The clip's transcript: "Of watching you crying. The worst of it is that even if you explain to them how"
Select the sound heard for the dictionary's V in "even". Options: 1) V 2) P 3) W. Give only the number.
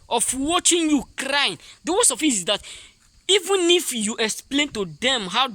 1